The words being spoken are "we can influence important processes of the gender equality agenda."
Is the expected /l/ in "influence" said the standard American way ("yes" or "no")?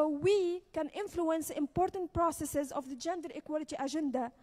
yes